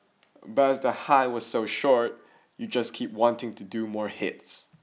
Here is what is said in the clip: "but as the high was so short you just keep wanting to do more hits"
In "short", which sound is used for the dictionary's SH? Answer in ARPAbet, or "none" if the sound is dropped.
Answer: SH